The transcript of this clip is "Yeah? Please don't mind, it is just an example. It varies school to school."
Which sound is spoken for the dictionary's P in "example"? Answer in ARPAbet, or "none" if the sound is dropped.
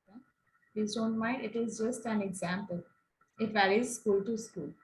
P